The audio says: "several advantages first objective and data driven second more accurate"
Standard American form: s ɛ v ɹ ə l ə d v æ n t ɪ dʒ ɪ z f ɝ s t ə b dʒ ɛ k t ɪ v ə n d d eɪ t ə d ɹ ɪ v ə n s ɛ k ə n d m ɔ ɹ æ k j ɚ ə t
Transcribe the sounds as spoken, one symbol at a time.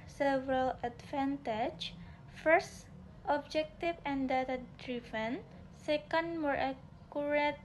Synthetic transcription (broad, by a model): s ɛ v ɹ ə l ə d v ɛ n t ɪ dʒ f ɝ s t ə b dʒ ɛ k t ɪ f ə n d d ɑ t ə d ɹ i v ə n s ɛ k ə n d m ɔ ɹ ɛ k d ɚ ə t